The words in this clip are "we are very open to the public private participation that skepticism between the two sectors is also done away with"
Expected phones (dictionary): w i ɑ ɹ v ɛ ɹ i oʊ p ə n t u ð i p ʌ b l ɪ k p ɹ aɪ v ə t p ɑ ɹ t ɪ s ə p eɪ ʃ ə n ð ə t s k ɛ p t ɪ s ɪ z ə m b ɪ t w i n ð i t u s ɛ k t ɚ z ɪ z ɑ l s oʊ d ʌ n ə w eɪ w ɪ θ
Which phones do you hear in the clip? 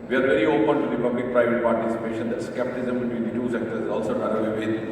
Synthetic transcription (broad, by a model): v i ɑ ɹ v ɛ ɹ i oʊ p ə n t u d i p ʌ b l ɪ k p ɹ aɪ v ə t p ɑ ɹ t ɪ s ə p eɪ ʃ ə n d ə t s k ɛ p t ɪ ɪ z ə m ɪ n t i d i t u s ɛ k t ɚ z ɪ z ɑ l s oʊ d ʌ l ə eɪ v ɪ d